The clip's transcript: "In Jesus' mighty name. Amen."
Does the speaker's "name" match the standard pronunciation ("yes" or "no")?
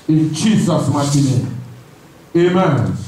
no